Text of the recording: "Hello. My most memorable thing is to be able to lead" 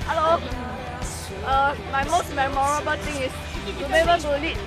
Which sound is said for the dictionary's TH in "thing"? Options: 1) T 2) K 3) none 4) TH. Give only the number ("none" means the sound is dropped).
1